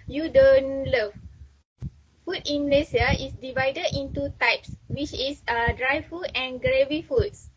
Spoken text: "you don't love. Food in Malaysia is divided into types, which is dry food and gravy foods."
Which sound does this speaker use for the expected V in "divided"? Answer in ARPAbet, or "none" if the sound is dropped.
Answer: V